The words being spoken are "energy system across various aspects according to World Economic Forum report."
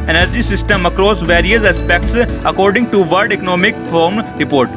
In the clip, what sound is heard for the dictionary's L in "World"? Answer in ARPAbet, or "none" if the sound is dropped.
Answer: none